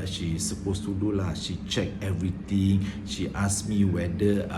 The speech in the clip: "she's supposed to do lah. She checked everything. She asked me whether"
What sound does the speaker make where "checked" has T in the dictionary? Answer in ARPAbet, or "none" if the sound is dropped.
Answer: none